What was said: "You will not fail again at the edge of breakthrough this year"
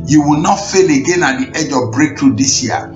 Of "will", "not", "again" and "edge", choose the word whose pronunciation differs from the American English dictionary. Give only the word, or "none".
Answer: none